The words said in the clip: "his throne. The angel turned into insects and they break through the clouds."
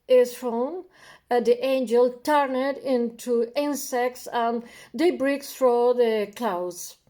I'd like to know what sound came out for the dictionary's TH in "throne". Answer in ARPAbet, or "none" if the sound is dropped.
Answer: F